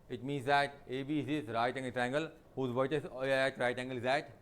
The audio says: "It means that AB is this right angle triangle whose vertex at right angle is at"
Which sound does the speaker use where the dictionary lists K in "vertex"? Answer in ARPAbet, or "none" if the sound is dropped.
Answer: none